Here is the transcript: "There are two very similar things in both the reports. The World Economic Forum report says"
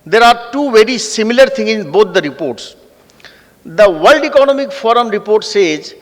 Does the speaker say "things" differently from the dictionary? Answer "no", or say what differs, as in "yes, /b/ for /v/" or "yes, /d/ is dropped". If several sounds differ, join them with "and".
yes, /t/ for /θ/ and /z/ is dropped